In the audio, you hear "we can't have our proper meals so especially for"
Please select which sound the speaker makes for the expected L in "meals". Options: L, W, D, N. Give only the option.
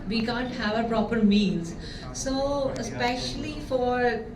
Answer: N